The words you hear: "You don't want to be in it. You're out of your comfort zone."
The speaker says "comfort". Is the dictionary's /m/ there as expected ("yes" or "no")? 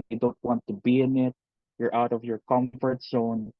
yes